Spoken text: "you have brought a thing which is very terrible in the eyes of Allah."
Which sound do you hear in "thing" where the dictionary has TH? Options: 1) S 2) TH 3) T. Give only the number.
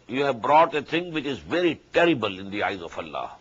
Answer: 3